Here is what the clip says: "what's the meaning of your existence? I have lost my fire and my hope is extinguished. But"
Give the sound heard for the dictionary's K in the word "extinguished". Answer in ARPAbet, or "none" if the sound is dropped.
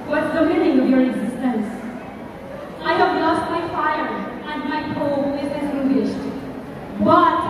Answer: none